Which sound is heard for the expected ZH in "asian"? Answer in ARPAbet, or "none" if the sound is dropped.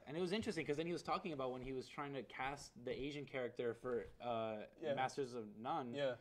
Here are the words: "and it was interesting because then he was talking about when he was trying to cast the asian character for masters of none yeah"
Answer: ZH